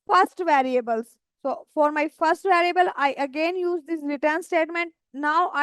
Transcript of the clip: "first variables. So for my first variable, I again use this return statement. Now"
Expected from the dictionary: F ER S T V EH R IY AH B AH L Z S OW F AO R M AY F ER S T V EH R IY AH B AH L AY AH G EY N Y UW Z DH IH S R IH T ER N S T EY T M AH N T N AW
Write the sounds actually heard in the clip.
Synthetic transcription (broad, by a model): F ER S T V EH R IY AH B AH L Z S OW F AO R M AY F ER S T V EH R IY AH B AH L AY AH G EY N Y UW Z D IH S R IH T ER N S T EY T M AH N T N AW